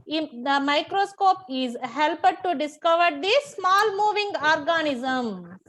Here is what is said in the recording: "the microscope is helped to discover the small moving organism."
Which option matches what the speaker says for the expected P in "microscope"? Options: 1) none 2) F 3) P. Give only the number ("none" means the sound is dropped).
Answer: 3